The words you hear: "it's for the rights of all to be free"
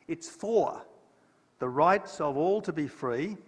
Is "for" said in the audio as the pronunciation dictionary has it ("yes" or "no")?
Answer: yes